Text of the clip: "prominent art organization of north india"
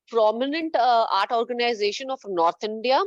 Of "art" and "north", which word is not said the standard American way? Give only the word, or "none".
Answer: north